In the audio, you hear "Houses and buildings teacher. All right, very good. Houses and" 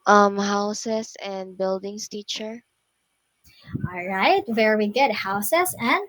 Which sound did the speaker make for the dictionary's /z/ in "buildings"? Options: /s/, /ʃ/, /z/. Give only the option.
/s/